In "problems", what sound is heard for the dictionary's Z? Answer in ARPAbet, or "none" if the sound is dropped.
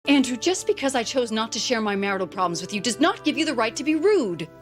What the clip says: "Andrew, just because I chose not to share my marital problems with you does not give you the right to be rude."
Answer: Z